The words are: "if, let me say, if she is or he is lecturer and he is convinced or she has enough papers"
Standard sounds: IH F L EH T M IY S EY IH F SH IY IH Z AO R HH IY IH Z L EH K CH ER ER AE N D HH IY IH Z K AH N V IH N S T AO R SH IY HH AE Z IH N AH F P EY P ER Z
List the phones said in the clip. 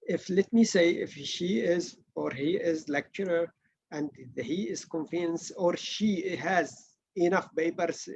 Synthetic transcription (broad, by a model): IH F L EH T M IY S EY IH F SH IY IH Z AO R HH IY IH Z L EH K CH ER ER AE N D HH IY IH Z K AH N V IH N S AO R SH IY HH AE Z IH N AH F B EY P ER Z